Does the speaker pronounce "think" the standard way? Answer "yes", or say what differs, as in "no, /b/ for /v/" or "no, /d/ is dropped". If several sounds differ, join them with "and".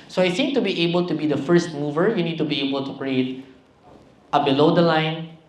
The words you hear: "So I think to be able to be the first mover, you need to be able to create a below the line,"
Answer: no, /s/ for /θ/